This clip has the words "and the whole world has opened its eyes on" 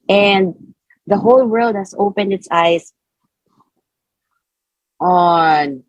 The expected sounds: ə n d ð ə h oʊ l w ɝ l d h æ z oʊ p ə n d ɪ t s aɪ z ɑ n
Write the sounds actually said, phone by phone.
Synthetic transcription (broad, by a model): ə n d ð ə h oʊ l w ɝ l d h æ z oʊ p ə n d ɪ t s aɪ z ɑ n